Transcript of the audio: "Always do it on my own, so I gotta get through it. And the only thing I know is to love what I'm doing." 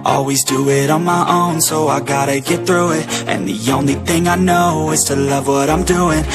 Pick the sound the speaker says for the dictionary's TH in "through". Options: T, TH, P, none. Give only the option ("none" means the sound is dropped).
TH